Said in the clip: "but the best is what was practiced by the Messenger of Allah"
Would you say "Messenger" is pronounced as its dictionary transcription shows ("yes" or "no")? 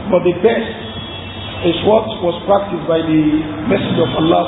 no